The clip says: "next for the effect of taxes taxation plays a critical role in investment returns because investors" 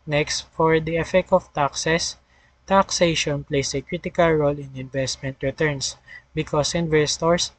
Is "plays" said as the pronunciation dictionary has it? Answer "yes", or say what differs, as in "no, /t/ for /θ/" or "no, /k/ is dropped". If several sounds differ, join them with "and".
no, /s/ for /z/